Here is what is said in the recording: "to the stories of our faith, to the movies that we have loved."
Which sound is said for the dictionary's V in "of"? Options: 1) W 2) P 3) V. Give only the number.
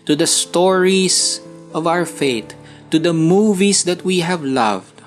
3